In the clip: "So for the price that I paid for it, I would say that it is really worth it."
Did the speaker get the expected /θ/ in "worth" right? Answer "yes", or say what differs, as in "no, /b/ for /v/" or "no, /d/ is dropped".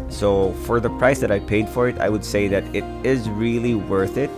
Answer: yes